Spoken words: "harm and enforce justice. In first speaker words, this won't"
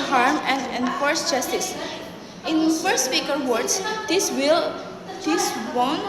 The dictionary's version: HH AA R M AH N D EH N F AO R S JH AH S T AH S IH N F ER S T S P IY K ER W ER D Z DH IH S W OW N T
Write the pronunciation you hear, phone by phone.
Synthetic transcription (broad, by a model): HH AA R M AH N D EH N F AO R S JH AH S T AH S IH N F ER T S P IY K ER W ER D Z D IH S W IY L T